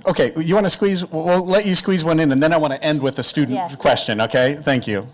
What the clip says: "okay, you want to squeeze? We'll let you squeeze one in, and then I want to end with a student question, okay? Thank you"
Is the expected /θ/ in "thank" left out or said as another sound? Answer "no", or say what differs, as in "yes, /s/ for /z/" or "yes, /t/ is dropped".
no